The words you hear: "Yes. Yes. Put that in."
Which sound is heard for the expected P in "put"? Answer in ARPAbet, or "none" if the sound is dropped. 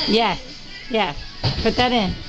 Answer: B